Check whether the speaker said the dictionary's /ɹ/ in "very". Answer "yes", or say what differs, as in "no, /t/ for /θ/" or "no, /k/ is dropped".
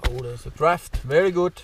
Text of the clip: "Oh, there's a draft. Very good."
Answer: yes